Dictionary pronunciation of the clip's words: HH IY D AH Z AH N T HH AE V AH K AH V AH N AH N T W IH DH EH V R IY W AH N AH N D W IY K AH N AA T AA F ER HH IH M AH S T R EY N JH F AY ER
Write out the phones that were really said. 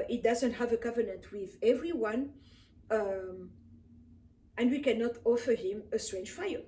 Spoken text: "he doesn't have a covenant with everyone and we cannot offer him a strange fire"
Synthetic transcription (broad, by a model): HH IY D AH Z AH N T HH AE V AH K AH V AH N AH N T W IH DH EH V R IY W AH N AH N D W IY K AH N AA T AA F ER HH IH M AH S T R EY N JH F AY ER